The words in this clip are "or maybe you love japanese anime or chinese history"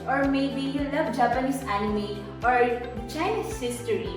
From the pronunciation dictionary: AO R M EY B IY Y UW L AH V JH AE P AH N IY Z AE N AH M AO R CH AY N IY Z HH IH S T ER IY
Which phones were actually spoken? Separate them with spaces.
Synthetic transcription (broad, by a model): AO R M EY B IY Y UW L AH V JH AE P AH N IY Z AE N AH M AO R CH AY IH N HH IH S T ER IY